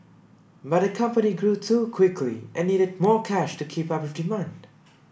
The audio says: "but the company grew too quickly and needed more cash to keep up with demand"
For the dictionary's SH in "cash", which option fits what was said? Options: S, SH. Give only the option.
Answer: SH